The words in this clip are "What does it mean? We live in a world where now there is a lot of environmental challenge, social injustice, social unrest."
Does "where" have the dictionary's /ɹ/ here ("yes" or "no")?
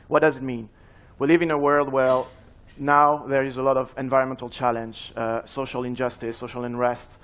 no